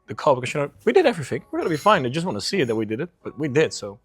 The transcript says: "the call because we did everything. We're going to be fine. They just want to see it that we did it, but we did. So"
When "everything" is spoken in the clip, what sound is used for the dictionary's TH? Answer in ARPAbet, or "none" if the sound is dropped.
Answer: TH